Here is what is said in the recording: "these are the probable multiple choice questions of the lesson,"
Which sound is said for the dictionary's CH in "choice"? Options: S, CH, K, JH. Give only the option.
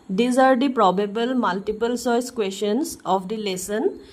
S